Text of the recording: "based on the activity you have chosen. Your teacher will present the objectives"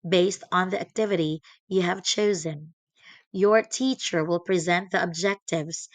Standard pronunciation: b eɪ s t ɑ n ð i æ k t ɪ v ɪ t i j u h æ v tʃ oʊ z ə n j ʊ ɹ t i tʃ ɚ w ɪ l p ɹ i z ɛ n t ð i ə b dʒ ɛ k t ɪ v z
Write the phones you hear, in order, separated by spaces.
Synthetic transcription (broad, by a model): b eɪ s t n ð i æ k t ɪ v ɪ t i j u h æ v tʃ oʊ z ə n j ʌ ɹ t i tʃ ɚ w ɪ l p ɹ i z ɛ n t ð i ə b dʒ ɛ k t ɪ v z